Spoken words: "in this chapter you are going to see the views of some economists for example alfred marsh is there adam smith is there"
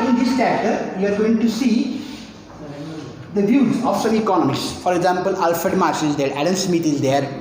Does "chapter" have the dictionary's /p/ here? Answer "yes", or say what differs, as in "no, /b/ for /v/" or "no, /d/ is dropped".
no, /p/ is dropped